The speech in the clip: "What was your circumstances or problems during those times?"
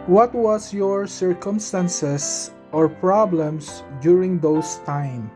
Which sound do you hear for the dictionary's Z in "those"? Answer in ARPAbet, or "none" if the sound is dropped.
S